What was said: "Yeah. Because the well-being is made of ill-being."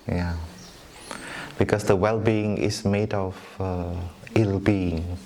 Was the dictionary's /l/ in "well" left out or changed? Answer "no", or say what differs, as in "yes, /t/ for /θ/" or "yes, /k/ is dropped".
no